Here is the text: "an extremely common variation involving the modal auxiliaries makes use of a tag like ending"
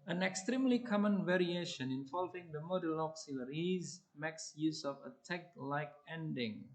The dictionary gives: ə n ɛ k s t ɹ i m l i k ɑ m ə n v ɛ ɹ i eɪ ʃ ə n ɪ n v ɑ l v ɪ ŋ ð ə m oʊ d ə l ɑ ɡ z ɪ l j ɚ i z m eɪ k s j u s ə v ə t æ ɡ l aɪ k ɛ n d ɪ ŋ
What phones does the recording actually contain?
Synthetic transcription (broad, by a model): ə n ɛ k s t ɹ i m l i k ɑ m ə n v ɛ ɹ i eɪ ʃ ə n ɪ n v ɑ l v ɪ ŋ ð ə m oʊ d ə l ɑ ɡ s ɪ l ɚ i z m eɪ k s j u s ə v ə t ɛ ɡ l aɪ k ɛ n d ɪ ŋ